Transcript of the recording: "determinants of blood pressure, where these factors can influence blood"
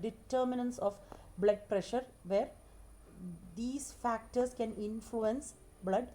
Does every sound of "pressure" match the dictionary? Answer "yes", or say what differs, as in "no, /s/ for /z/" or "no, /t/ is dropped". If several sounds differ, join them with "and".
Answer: yes